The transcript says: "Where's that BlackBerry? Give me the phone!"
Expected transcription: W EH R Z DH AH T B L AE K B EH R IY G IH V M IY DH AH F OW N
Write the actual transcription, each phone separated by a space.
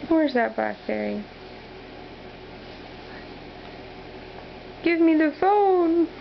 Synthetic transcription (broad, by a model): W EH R Z DH AH T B AE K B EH R IY G IH V M IY DH AH F OW N